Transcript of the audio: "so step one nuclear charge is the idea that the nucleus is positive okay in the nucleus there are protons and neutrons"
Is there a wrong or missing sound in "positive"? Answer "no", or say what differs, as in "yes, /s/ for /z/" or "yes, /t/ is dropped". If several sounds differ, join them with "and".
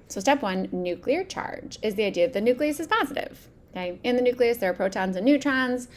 no